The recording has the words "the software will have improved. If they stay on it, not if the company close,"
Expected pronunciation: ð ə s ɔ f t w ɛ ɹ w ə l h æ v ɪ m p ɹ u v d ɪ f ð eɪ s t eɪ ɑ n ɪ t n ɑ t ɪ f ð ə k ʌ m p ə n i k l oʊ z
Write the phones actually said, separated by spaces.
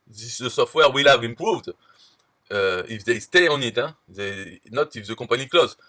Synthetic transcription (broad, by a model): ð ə s ɔ f t w ɛ ɹ w ə l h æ v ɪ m p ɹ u v d ɪ f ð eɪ s t eɪ ɑ n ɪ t n ɑ t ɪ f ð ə k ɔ p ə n i k l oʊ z